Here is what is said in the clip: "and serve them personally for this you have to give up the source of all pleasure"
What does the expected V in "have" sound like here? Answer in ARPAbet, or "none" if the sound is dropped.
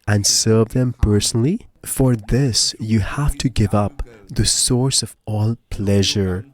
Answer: F